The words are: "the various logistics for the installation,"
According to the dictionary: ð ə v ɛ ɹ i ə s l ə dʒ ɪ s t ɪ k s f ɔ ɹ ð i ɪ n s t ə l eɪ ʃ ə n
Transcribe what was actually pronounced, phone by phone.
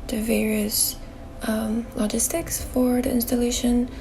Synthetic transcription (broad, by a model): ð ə v ɛ ɹ i ə s l ə dʒ ɪ s t ɪ k s f ɔ ɹ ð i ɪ n s t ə l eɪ ʃ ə n